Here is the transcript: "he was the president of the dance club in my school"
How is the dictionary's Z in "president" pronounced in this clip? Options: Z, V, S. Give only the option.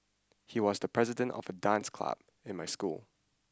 Z